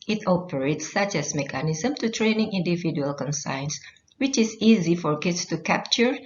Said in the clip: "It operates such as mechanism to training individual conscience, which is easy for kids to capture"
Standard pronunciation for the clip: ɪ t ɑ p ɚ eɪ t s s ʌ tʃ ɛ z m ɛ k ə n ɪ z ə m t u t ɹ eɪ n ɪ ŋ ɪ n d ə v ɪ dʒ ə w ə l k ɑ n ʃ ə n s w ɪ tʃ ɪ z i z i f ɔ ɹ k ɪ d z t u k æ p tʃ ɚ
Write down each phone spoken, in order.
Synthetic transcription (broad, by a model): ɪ t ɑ p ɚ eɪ t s s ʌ tʃ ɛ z m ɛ k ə n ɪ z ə m t u t ɹ eɪ n ɪ ŋ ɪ n d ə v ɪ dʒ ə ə l k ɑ n s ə n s w ɪ tʃ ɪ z i z i f ɔ ɹ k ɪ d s t u k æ p tʃ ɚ